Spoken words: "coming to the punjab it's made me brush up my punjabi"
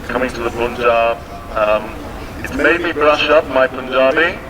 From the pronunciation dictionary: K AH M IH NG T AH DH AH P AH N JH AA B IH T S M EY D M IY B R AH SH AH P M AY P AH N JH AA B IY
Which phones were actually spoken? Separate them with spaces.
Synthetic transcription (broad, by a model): K AH M IH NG T AH DH AH B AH N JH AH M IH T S M EY D M IY B R AH SH AH P M AY P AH N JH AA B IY